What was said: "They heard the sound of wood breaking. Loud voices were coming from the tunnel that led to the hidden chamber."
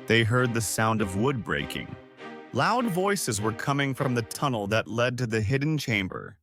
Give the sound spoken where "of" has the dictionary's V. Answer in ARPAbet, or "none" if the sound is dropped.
V